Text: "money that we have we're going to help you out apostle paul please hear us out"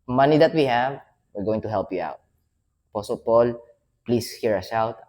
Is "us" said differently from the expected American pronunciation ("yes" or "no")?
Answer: yes